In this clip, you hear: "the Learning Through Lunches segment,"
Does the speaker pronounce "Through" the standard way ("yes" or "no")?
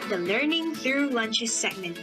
yes